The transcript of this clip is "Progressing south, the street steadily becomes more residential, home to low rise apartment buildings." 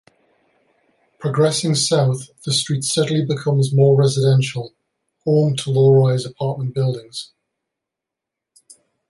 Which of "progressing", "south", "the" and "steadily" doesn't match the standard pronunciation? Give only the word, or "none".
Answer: none